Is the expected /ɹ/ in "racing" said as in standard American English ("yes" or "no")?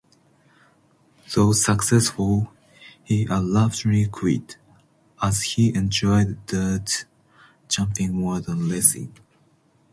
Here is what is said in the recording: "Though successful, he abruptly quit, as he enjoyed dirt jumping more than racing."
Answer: no